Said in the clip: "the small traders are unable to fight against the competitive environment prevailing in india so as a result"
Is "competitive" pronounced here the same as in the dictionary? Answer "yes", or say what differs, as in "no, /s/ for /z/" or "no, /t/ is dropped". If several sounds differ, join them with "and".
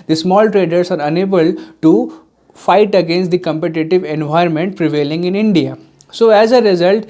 yes